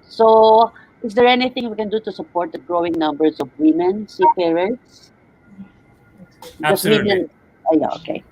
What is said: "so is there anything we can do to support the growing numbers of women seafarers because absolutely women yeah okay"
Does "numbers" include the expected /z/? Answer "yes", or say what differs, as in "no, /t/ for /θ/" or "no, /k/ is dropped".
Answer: no, /s/ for /z/